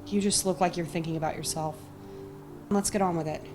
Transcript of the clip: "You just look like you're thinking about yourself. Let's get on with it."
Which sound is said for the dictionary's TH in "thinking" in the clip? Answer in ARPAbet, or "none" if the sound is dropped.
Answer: TH